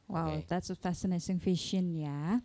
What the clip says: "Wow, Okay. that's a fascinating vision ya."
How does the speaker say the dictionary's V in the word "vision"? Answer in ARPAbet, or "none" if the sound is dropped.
F